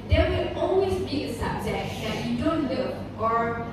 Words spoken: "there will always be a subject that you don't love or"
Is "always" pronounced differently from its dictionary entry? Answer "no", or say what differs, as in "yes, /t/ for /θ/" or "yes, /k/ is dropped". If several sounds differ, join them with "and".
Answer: yes, /n/ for /l/